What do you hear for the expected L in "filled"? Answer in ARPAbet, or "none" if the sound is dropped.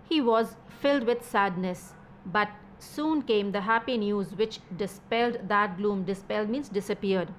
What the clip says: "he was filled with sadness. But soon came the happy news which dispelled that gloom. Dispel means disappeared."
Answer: L